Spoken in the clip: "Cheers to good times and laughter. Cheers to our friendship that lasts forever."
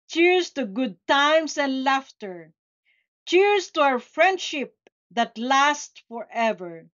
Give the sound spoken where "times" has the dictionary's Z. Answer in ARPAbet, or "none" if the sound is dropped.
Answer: S